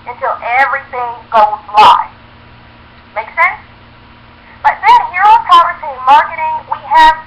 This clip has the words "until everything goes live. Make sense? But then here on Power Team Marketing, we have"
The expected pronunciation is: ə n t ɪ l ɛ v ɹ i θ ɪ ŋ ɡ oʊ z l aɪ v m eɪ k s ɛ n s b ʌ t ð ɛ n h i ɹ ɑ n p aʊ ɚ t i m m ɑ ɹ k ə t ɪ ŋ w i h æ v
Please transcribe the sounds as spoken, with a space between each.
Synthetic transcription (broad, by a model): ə n t ɪ l ɛ v ɹ i θ ɪ ŋ ɡ oʊ z l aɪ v m eɪ k s ɛ n s b ʌ t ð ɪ n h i ɹ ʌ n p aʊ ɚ s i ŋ m ɑ ɹ k ə t ɪ ŋ w i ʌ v